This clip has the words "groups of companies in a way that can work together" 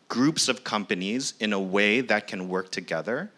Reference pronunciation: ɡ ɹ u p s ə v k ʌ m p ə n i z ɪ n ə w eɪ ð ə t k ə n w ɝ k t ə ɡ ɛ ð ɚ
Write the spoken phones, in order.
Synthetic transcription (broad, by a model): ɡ ɹ u p s ə v k ʌ m p ə n i z ɪ n ə w eɪ ð ə t k ə n w ɝ k t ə ɡ ɛ ð ɚ